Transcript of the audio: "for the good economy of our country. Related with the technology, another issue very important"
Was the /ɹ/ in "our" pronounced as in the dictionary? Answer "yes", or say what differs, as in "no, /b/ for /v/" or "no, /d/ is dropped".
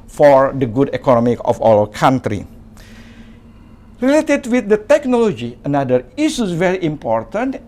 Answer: no, /l/ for /ɹ/